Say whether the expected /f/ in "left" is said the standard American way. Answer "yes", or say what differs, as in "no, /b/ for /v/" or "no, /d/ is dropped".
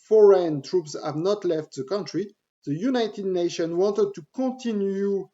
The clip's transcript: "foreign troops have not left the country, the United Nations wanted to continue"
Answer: yes